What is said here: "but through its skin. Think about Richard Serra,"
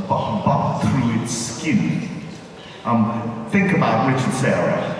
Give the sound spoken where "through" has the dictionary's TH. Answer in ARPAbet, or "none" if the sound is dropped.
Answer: TH